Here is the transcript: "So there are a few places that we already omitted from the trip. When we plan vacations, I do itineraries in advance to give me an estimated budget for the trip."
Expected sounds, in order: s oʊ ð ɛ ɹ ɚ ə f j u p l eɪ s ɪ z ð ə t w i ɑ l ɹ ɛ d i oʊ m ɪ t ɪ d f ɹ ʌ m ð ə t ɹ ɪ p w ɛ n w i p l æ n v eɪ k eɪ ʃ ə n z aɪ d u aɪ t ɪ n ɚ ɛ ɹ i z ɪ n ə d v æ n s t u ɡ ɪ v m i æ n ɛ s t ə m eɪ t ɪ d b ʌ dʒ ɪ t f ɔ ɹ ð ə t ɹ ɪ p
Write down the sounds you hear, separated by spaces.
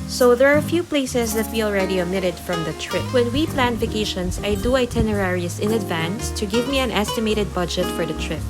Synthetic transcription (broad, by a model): s oʊ ð ɛ ɹ ə f j u p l eɪ s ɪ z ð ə t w i ɑ l ɹ ɛ d i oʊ m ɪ t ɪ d f ɹ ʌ m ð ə t ɹ ɪ p w ɛ n w i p l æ n f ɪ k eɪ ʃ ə n s aɪ d u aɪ t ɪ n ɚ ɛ ɹ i s ɪ n ə d v æ n s t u ɡ ɪ v m i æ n ɛ s t ə m eɪ t ɪ d b ʌ dʒ ɪ t f ɔ ɹ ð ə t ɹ ɪ p